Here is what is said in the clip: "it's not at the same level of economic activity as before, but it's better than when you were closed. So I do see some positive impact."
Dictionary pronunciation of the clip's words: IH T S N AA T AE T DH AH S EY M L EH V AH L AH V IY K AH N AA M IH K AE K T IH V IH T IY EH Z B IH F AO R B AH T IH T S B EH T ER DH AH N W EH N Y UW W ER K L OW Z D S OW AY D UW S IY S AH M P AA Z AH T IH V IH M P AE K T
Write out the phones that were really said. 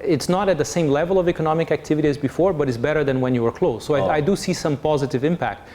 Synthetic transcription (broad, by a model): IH T S N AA T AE T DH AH S EY M L EH V AH L AH V IY K AH N AA M IH K AE K T IH V IH T IY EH Z B IH F AO R B AH T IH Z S B EH T ER DH AH N W EH N Y UW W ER K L OW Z S OW AY D UW S IY S AH M P AA Z AH T IH V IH M P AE K T